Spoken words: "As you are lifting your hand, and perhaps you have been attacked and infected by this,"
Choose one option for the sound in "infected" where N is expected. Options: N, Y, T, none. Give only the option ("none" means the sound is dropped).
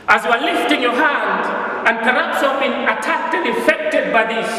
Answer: none